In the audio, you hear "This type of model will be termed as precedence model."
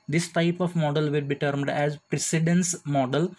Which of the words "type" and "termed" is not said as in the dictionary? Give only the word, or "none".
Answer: none